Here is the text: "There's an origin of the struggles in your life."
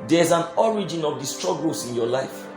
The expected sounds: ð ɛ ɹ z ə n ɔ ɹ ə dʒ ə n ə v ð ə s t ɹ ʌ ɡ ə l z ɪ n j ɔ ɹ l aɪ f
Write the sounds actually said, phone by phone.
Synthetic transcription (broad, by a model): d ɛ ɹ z ə n ɔ ɹ ə dʒ ə n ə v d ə s t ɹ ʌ ɡ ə l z ɪ n j ɔ l aɪ f